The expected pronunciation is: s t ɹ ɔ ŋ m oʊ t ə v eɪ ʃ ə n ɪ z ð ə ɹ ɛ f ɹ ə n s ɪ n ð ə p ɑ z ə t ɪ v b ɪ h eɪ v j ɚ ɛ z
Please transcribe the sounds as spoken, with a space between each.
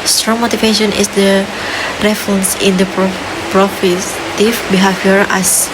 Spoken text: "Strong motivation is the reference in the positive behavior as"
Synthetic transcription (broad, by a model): s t ɹ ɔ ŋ m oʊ t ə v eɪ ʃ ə n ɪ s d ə ɹ ɛ f ɹ ə n s ɪ n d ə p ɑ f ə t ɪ f b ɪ h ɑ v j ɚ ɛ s